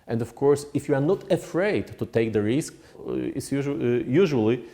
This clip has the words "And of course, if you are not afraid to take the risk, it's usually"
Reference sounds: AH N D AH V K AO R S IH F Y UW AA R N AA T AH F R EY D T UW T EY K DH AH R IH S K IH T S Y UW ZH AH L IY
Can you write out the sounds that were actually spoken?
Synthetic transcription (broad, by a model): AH N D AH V K AO R S IH F Y UW AA R N AA T AH F R EY D T UW T EY K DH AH R IH S K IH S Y Y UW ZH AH L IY